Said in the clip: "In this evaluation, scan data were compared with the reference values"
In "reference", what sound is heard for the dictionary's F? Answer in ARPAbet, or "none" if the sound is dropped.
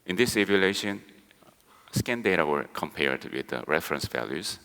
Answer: F